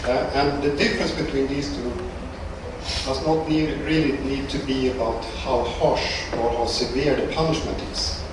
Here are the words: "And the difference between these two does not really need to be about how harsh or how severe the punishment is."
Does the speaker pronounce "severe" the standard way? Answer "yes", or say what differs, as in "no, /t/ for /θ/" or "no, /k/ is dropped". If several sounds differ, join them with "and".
yes